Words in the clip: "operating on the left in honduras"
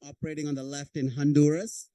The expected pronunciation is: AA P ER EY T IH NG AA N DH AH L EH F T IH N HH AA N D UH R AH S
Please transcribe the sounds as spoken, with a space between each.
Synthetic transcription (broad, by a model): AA P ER EY T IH NG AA N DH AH L EH F T IH N HH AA N D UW R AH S